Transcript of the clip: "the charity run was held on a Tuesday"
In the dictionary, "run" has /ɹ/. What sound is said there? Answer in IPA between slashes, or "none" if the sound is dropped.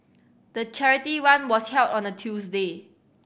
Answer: /w/